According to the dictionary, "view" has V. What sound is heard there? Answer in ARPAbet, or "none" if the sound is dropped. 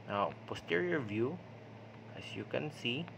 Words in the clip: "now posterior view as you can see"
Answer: V